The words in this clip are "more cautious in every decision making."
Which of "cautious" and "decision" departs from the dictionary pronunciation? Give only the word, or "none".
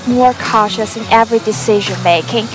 none